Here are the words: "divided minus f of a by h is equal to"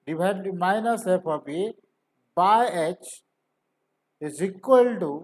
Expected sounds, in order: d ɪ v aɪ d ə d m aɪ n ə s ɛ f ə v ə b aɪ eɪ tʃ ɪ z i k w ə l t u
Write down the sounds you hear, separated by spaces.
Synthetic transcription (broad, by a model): d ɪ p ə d m aɪ n ə s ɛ p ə p ə b aɪ eɪ tʃ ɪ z i k w ə l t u